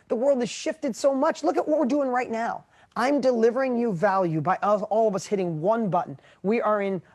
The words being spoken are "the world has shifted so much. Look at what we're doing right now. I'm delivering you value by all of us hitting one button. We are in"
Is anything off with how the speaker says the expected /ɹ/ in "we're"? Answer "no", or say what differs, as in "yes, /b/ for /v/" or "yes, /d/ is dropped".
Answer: no